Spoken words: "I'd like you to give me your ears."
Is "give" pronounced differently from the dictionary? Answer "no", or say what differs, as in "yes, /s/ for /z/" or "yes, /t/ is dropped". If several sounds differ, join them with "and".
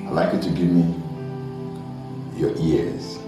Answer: no